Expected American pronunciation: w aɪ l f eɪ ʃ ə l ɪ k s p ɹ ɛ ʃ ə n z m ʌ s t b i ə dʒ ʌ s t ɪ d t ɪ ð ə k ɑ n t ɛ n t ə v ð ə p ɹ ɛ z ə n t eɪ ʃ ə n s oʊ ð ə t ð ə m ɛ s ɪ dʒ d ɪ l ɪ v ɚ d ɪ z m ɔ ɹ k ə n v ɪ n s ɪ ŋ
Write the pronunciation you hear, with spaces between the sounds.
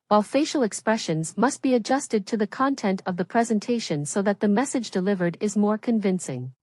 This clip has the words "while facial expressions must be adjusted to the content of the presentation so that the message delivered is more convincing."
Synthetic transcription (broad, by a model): w aɪ l f eɪ ʃ l ɪ k s p ɹ ɛ ʃ ə n z m ʌ s t b i ə dʒ ʌ s t ɪ d t ɪ ð ə k ɑ n t ɛ n t ə v ð ə p ɹ ɛ z ə n t eɪ ʃ ə n s oʊ ð ə t ð ə m ɛ s ɪ dʒ d ɪ l ɪ v ɚ d ɪ z m ɔ ɹ k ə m v ɪ n s ɪ ŋ